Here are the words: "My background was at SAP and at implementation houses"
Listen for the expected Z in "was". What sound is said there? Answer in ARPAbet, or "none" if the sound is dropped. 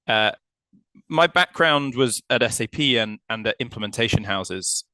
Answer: Z